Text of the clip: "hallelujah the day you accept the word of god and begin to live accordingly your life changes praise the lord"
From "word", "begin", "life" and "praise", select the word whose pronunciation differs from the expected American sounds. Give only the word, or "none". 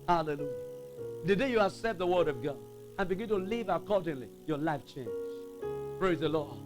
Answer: none